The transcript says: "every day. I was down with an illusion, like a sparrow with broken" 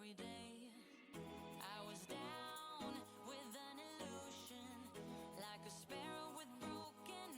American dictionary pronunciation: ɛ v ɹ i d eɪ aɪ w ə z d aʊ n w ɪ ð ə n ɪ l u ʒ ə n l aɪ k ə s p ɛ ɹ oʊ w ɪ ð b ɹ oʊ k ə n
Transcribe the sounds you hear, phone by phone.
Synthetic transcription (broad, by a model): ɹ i d eɪ aɪ w ə z d aʊ n w ɪ ð ə n ɪ l u ʒ ə n l aɪ k ə s p ɛ ɹ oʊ w ɪ ð b ɹ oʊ k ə n